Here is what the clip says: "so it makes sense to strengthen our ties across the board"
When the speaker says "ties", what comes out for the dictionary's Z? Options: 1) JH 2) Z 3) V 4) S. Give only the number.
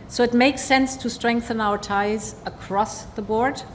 2